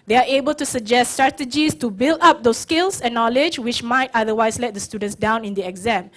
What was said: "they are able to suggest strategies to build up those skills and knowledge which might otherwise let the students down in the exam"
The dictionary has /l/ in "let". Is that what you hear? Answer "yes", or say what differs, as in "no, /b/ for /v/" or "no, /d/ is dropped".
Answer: yes